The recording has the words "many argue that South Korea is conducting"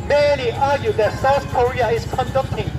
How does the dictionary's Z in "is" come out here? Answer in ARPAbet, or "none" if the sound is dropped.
S